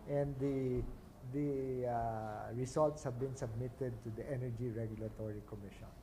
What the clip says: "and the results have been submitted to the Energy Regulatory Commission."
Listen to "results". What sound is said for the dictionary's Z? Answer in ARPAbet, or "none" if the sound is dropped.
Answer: S